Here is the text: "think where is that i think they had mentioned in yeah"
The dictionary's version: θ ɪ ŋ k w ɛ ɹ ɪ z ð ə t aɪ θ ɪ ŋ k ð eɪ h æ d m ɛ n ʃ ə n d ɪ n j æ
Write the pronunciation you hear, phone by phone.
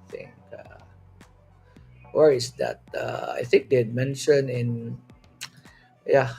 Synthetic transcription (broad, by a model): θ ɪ ŋ k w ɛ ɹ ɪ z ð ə t aɪ θ ɪ ŋ k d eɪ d m ɛ n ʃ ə n ɪ n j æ